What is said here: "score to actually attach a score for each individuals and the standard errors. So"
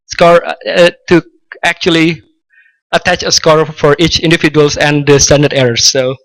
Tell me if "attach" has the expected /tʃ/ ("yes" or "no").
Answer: yes